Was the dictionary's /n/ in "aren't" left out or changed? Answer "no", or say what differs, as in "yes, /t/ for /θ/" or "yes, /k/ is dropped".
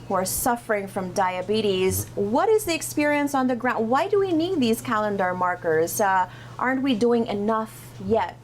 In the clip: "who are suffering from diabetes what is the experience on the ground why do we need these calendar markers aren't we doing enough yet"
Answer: no